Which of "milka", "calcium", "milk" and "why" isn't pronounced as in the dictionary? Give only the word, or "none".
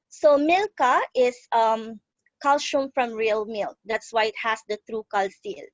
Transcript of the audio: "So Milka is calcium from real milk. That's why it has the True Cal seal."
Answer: calcium